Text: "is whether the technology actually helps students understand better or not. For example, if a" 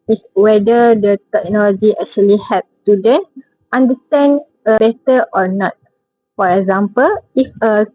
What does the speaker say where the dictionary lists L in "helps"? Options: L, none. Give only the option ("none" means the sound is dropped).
none